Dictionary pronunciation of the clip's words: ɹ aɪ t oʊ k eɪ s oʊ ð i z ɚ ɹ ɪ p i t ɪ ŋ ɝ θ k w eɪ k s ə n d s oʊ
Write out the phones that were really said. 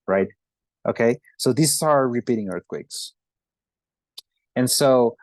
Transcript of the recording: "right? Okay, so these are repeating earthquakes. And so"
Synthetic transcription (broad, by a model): ɹ aɪ t oʊ k eɪ s oʊ ð i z ɚ ɹ ɪ p i t ɪ ŋ ɝ θ k w eɪ k s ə n s oʊ